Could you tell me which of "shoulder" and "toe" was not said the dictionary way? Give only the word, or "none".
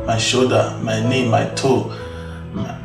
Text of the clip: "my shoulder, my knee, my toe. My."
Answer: shoulder